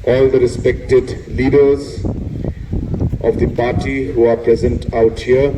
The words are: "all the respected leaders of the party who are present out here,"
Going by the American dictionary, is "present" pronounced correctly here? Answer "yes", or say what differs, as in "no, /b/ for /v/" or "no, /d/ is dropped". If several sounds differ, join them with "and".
yes